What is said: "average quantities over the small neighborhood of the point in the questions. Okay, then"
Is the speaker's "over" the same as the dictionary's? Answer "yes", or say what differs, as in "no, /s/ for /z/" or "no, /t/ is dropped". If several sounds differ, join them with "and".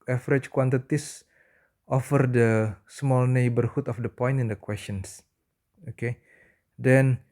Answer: no, /f/ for /v/